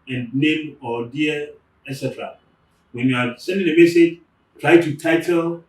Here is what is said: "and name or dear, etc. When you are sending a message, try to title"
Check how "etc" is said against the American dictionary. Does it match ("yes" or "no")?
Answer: yes